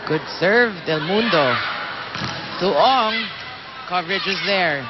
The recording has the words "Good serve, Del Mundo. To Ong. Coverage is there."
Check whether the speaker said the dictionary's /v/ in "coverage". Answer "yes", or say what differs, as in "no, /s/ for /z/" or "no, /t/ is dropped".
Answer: yes